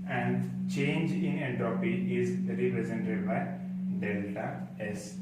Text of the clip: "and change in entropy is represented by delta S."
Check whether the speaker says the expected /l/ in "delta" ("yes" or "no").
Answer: yes